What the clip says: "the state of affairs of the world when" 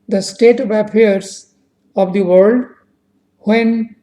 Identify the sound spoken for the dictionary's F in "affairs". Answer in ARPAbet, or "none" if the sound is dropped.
P